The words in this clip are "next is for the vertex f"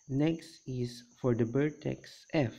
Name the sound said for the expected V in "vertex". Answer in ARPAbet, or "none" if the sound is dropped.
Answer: B